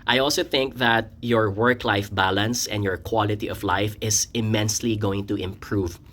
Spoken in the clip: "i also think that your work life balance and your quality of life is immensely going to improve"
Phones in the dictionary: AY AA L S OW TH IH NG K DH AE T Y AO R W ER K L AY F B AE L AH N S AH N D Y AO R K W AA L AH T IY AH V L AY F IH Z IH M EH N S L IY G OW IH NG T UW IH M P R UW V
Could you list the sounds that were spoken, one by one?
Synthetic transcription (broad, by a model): AY AA L S OW TH IH NG K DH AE T Y AO R W ER K L AY F B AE L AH N S AH N D Y AO R K W AA L AH T IY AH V L AY F IH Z IH M EH N S L IY G OW IH NG T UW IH M P R UW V